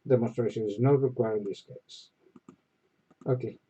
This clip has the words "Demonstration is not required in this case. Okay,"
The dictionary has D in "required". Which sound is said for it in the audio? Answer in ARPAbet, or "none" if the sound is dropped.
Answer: none